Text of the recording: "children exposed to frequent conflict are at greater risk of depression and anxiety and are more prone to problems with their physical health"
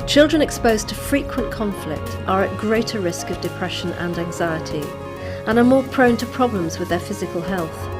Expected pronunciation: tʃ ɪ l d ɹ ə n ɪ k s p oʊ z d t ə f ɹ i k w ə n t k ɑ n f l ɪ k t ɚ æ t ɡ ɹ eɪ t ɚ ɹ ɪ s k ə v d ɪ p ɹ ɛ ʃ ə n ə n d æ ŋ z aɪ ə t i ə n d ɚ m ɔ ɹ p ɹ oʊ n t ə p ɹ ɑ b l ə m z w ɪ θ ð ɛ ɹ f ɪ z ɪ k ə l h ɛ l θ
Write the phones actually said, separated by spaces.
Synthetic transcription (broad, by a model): tʃ ɪ l d ɹ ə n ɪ k s p oʊ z t ə f ɹ i k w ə n k ɑ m f l ɪ k t ɚ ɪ t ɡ ɹ eɪ t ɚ ɹ ɪ s k ə v d ɪ p ɹ ɛ ʃ ə n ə n æ ŋ z aɪ ə t i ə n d ɚ m ɔ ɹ p ɹ oʊ n t ə p ɹ ɑ b l ə m z w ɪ ð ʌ ɹ f ɪ z ɪ k ə l h ɛ l θ